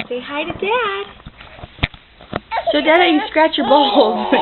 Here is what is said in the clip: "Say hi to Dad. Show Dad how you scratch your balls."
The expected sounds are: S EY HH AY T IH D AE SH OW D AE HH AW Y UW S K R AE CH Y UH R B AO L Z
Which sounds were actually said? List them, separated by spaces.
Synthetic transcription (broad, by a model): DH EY HH AY T IH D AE S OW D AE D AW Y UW S K R AE CH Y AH R B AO L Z